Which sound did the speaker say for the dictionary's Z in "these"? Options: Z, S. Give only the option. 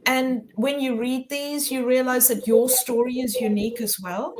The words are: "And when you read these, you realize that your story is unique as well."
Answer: Z